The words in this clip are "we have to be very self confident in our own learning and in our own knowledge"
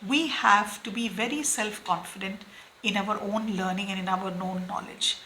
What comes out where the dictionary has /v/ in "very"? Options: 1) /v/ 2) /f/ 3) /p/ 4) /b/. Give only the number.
1